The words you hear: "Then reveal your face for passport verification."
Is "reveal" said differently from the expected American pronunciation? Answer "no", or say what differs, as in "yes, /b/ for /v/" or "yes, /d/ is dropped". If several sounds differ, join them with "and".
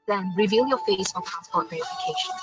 no